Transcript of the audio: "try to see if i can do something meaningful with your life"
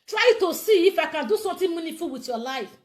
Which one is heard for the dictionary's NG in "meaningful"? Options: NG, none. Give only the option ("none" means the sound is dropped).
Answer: none